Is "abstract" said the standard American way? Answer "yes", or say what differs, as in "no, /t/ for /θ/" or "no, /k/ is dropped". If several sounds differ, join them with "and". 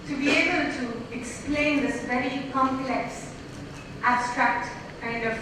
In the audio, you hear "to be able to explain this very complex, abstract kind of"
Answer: yes